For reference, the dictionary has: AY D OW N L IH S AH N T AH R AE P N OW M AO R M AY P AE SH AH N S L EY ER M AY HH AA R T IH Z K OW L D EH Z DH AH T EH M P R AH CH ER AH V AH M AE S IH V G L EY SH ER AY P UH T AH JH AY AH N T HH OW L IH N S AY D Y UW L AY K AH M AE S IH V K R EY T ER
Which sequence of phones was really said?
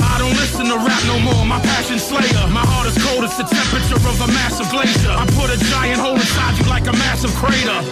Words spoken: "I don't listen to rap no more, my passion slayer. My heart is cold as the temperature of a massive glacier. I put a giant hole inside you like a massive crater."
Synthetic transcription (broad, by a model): AY D OW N L IH S AH N T AH R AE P N OW M AO R M AY P AE SH AH N S L EY ER M AY HH AA R T IH Z K OW L D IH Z DH AH T EH M P R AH CH ER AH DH AH M AE S IH V G L EY SH ER AY P UH T AH JH AY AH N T HH OW L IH S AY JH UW L AY K AH M AE S IH V K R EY T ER